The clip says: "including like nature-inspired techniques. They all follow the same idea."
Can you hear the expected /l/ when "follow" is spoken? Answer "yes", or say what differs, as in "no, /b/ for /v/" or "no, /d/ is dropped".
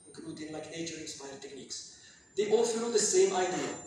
no, /n/ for /l/